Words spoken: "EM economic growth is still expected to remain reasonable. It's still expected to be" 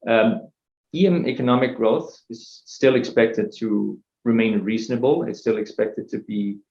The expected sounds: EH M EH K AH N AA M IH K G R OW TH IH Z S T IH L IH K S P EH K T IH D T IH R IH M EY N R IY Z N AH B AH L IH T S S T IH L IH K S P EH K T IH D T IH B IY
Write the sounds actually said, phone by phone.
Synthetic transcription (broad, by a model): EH M EH K AH N AA M IH K G R OW TH IH Z S T IH L IH K S P EH K T IH D T IH R IH M EY N R IY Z N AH B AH L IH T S S T IH L IH K S P EH K T IH D T IH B IY